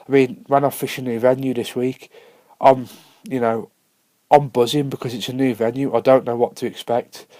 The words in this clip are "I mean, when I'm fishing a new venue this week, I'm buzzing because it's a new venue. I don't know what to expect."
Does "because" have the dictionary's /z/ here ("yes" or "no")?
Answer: yes